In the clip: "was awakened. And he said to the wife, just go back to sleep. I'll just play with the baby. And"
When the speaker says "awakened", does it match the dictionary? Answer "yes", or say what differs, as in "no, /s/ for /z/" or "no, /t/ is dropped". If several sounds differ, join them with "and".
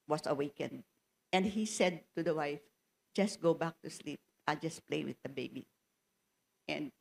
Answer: yes